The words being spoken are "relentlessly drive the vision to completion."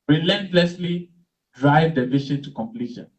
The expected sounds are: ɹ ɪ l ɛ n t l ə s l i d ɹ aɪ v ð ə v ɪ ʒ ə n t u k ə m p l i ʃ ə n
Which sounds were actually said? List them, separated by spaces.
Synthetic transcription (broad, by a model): ɹ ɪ l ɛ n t l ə s l i d ɹ aɪ v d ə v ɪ ʃ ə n t u k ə m p l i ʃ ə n